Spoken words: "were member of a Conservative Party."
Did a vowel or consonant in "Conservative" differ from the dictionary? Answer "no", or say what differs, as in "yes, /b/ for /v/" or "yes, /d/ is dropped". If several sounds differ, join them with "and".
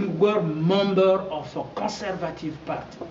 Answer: no